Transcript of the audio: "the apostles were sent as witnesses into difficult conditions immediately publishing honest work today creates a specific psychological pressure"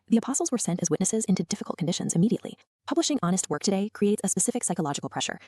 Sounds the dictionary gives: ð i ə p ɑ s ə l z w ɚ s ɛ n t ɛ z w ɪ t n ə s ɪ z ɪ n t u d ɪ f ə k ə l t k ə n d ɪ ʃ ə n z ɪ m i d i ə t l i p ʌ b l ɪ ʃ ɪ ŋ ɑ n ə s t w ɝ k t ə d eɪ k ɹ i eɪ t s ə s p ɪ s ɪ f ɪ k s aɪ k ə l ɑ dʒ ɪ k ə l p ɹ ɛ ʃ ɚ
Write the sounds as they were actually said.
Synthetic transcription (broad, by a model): ð i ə p ɑ s l z w ɚ s ɛ n t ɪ z w ɪ t n ə s ɪ z ɪ n t u d ɪ f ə k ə l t k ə n d ɪ ʃ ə n z ɪ m i d i ə t l i p ʌ b l ɪ ʃ ɪ ŋ ɑ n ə s t w ɝ k t ə d eɪ k ɹ i eɪ t s ə s p ɪ s ɪ f ɪ k s aɪ k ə l ɑ dʒ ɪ k l p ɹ ɛ ʃ ɚ